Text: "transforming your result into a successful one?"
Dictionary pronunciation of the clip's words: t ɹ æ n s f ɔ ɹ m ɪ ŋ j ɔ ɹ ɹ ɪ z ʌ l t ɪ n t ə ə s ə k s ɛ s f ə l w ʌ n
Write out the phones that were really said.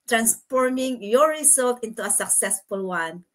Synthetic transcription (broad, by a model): t ɹ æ n s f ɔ ɹ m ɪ ŋ j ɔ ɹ ɹ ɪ s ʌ l t ɪ n t ə ə s ə k s ɛ s f ə l w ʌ n